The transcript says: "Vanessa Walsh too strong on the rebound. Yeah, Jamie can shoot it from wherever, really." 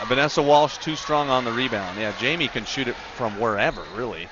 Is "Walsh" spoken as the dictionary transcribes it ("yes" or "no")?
yes